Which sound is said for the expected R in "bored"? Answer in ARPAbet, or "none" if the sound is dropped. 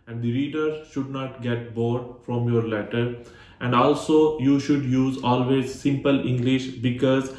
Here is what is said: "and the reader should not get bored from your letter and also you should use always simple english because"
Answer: R